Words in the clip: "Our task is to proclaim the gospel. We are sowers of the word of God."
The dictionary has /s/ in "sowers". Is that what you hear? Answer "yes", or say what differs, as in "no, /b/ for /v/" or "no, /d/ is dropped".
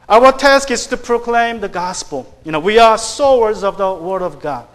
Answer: yes